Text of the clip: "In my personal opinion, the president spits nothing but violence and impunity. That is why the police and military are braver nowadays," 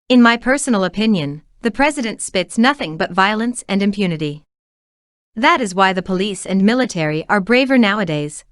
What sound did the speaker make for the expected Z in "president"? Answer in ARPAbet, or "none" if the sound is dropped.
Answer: Z